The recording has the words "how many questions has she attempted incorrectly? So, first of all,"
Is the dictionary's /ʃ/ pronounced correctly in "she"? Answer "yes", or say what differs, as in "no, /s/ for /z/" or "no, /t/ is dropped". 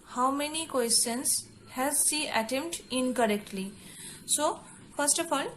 no, /s/ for /ʃ/